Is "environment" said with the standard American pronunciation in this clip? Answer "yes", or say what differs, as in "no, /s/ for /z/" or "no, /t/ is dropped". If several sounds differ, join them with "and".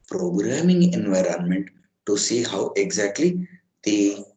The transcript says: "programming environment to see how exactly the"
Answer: yes